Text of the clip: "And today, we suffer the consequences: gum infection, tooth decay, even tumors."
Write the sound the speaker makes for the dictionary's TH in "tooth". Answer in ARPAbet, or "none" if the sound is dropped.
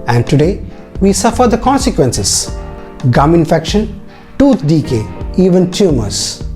T